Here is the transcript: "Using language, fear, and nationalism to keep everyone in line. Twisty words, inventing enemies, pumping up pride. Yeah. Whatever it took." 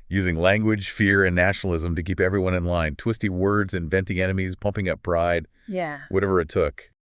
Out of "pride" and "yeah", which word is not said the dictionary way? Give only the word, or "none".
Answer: pride